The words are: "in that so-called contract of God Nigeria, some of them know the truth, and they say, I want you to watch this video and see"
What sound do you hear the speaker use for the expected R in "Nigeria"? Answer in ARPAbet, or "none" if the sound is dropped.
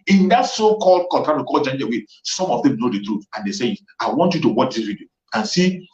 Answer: W